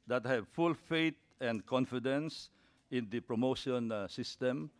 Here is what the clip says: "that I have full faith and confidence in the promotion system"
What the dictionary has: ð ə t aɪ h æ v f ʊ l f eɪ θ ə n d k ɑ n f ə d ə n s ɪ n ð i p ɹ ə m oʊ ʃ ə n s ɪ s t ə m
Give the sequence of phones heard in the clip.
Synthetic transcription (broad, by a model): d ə t h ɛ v f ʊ l f eɪ t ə n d k ɑ n f ə d ə n s ɪ n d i p ɹ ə m oʊ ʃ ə n s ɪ s t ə m